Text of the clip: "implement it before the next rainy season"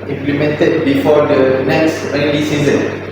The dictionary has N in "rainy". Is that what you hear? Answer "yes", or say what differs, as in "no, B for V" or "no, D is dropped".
no, L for N